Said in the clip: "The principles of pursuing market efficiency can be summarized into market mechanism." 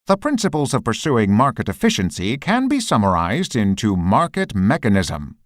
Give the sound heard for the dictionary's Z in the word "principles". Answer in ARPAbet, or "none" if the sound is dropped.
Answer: Z